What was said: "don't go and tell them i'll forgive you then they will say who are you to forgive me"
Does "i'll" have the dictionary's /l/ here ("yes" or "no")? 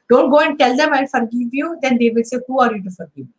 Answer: no